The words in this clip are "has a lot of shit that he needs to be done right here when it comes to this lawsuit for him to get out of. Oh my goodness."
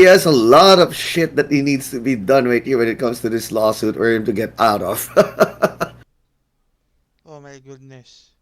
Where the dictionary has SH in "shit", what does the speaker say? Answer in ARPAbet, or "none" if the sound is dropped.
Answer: SH